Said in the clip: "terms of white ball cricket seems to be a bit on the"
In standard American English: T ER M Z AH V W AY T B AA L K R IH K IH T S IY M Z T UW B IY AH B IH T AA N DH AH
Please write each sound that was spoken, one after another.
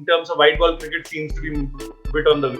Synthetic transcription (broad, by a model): T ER M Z AH V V AY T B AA L K R IH K IH T S IY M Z T UW B IY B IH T AA N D AH